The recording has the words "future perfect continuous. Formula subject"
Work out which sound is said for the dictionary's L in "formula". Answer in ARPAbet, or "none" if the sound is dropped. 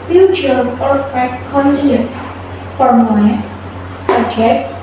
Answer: none